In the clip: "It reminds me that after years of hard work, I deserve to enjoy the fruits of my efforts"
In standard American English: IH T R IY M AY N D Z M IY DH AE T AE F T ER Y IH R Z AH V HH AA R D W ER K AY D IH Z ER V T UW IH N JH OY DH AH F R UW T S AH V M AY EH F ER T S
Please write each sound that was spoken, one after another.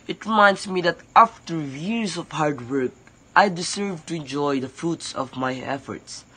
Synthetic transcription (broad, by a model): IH T R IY M AY N D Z M IY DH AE T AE F T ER Y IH R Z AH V HH AA R D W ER K AY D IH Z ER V T UW IH N JH OY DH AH F R UW T S AH V M AY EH F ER T S